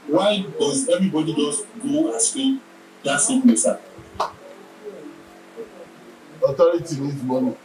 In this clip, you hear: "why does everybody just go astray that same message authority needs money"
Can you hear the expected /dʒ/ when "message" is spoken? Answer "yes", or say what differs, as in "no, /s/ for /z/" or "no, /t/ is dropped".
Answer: no, /dʒ/ is dropped